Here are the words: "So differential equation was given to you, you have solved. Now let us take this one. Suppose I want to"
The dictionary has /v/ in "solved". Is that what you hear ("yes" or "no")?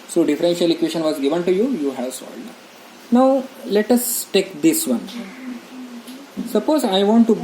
no